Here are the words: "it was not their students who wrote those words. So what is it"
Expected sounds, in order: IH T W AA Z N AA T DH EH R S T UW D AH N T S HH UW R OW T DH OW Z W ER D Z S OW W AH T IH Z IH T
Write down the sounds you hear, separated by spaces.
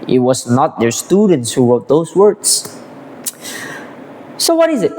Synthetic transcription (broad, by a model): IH T W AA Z N AA T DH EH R S T UW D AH N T S HH UW W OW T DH OW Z W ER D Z S OW W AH T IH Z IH T